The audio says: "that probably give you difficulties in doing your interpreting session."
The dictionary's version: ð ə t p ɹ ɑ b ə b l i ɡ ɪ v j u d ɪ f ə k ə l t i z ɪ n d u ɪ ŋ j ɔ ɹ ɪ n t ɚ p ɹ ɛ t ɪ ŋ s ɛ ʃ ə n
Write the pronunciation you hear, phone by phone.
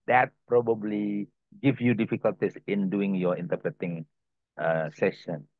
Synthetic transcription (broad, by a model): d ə t p ɹ ɑ b ə b l i ɡ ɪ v j u d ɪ f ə k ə l t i s ɪ n d u ɪ ŋ j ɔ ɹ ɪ n t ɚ p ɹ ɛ t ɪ ŋ s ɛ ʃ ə n